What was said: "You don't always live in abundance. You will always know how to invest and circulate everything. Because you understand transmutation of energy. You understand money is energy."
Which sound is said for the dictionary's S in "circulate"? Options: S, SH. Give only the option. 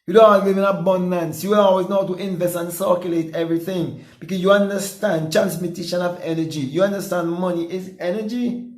S